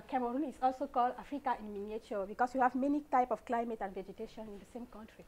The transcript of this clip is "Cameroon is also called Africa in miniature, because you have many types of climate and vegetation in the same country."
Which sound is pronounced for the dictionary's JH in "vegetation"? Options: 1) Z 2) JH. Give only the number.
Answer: 2